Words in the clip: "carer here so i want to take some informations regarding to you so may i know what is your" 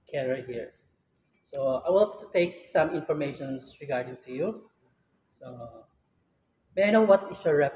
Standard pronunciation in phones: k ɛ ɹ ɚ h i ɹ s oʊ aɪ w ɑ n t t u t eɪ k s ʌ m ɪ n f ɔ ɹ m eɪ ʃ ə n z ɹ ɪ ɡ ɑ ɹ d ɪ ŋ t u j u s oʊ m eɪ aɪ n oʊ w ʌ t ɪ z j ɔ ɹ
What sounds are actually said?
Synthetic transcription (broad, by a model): k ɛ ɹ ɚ h i ɹ s oʊ aɪ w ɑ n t t u t eɪ k s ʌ m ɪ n f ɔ ɹ m eɪ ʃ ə n s ɹ ɪ ɡ ɑ ɹ d ɪ ŋ t u j u s oʊ m eɪ aɪ n oʊ w ʌ t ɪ s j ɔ ɹ